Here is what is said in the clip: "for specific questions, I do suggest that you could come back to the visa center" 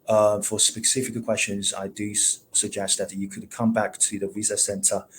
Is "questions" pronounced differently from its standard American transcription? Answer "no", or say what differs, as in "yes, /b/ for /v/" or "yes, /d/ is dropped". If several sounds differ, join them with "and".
no